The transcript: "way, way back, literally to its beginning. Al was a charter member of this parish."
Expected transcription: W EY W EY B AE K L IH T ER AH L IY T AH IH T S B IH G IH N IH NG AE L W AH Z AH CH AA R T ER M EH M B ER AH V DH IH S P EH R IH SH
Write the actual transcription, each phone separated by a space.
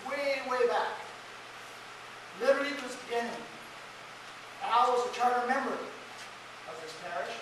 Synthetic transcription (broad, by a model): W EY W EY B AE K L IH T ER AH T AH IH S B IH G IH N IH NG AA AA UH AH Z AH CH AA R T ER M EH M ER AH V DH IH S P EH R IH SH